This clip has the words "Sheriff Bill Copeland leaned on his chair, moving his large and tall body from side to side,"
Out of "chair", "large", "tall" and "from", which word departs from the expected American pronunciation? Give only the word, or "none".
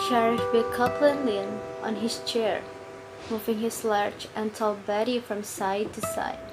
large